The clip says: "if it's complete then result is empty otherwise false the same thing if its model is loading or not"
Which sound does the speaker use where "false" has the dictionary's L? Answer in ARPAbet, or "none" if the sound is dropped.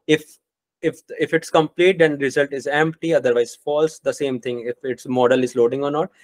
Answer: L